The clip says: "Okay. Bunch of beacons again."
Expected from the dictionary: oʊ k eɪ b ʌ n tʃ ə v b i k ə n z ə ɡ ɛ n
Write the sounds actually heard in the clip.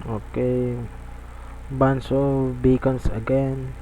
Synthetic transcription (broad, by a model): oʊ k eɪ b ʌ n s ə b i k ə n s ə ɡ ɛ n